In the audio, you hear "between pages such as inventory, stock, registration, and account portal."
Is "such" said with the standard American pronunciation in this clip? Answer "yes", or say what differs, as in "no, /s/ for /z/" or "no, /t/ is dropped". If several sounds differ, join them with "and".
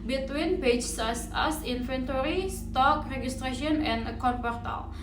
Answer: no, /s/ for /tʃ/